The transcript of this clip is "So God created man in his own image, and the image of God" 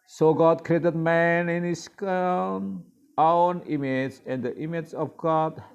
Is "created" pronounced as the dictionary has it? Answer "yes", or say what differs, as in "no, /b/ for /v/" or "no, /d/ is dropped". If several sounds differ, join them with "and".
yes